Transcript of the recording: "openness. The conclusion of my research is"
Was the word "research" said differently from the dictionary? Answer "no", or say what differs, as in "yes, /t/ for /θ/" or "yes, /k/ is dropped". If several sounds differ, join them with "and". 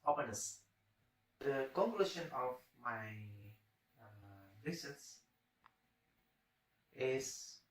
yes, /s/ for /tʃ/